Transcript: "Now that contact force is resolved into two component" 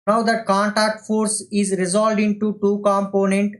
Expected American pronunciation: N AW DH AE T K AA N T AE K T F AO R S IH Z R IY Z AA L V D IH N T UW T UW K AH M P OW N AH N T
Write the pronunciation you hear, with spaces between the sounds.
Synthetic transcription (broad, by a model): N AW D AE T K AA N T AE K T F AO R S IH Z R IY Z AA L D IH N T UW T UW K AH M P OW N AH N T